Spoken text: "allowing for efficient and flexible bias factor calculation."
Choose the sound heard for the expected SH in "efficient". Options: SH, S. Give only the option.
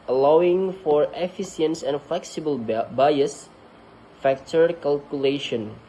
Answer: S